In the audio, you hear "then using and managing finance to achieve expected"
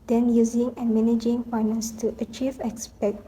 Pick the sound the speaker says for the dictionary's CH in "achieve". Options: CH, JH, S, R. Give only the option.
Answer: CH